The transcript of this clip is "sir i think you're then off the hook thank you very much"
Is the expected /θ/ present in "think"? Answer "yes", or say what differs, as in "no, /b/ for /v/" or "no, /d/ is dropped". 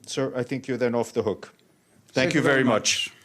yes